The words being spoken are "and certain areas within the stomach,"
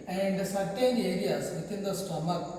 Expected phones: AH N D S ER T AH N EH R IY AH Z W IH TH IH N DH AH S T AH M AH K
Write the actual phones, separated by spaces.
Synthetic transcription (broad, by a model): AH N D S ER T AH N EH R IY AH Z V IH T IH N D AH S T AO M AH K